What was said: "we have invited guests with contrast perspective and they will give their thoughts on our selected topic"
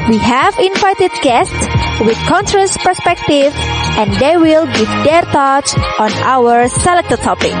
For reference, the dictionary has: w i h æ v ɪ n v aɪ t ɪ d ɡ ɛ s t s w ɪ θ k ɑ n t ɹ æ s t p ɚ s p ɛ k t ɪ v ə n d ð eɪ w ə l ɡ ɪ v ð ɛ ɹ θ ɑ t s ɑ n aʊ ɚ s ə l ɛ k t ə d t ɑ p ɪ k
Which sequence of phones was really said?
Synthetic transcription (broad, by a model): w i h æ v ɪ n v aɪ t ɪ d ɡ ɛ s t s w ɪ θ k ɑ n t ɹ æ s p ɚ s p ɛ k t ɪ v ə n d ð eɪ w ə l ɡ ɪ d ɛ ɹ t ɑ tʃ ɑ n aʊ ɚ s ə l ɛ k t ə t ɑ p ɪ k